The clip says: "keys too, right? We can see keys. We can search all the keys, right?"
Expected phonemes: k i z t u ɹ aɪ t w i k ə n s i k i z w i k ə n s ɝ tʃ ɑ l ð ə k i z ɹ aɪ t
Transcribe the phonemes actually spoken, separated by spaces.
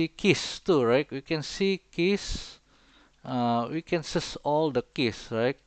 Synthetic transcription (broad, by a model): k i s t u ɹ aɪ t w i k ə n s i k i s w i k ə n s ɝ s ɑ l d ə k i s ɹ aɪ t